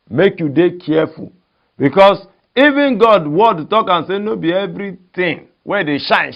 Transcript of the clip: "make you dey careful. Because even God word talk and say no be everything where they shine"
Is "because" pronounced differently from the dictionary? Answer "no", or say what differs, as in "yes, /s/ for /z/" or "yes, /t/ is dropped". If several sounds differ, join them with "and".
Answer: yes, /s/ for /z/